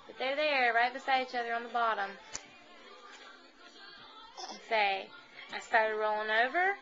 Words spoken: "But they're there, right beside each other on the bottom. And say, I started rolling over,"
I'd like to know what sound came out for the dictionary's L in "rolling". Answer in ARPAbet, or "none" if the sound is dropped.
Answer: L